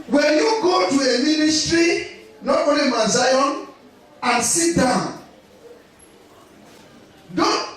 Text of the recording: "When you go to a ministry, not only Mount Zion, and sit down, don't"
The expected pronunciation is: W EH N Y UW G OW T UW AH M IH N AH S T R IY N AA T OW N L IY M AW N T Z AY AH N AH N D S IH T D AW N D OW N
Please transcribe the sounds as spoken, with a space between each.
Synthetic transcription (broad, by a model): W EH N Y UW G OW T UW AH M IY N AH S T R IY N AA T OW L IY M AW Z AY AH N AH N S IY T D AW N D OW